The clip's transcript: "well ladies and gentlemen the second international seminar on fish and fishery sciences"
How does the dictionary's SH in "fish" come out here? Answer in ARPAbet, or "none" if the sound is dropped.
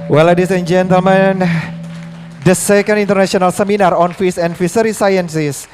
S